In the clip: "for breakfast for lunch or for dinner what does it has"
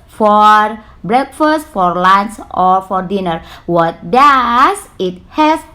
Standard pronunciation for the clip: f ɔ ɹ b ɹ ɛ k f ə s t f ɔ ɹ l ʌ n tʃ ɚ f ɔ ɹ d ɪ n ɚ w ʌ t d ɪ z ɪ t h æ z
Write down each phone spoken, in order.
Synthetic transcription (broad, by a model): f ɔ ɹ b ɹ ɛ k f ə s t f ɔ ɹ l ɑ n s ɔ f ɔ ɹ d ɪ n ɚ w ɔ t d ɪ s ɪ t h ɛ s